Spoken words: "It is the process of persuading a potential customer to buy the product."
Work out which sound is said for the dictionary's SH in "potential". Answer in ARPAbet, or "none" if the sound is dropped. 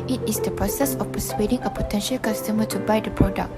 SH